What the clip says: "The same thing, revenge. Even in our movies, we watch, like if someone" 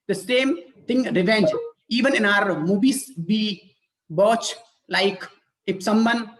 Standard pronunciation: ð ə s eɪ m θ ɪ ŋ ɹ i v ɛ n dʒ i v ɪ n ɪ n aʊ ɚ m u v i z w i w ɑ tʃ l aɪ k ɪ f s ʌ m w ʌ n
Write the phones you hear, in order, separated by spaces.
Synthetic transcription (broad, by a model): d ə s eɪ m t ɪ ŋ ɹ i v ɛ n dʒ i v ɪ n ɪ n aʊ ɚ m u b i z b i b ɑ tʃ l aɪ k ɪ p s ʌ m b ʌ n